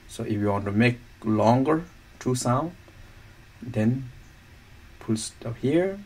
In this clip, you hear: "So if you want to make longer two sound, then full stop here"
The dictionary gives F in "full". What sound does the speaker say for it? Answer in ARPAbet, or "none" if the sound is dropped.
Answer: P